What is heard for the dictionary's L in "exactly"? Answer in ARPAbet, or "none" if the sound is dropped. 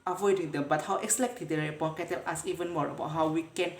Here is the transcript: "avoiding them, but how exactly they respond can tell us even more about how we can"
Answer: none